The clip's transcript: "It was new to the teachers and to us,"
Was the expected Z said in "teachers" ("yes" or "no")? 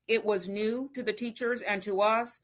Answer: yes